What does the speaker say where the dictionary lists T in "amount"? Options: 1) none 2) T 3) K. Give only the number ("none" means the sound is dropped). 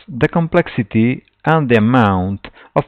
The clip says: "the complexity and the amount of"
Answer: 2